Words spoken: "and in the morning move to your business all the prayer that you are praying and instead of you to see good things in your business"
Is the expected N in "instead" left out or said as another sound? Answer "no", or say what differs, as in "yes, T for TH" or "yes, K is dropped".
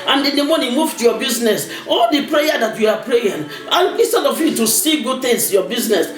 yes, N is dropped